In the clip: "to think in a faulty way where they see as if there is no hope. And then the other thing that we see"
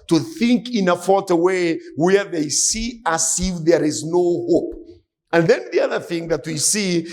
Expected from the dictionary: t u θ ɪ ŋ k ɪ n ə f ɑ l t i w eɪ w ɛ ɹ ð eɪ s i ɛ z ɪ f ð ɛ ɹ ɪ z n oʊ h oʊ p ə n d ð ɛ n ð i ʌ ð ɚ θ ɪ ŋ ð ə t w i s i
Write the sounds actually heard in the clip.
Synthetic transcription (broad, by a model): t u θ ɪ ŋ k ɪ n ə f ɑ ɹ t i w eɪ w ɛ ɹ ð eɪ s i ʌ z ɪ f ð ɛ ɹ ɪ z n oʊ h oʊ p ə n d ð ɛ n ð i ʌ ð ɚ θ ɪ ŋ ð ə t w i s i